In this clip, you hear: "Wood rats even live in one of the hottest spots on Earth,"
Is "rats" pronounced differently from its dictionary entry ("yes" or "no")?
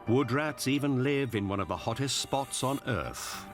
no